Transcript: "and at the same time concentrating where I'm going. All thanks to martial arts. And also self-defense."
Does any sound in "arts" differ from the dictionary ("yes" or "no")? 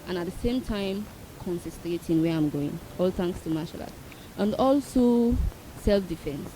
yes